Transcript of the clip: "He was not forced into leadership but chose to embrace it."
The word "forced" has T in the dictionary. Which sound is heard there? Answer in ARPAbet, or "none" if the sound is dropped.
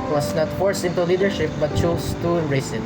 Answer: none